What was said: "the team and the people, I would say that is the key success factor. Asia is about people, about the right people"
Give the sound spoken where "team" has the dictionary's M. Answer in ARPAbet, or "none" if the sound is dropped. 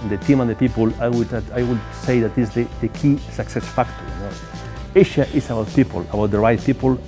M